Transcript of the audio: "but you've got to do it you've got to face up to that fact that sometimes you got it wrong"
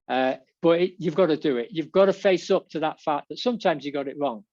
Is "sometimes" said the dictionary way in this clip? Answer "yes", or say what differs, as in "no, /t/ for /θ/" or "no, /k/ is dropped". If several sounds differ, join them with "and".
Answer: yes